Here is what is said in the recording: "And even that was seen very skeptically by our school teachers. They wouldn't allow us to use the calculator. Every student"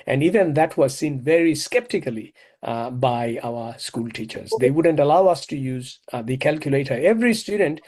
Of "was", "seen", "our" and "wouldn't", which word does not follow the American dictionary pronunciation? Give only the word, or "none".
none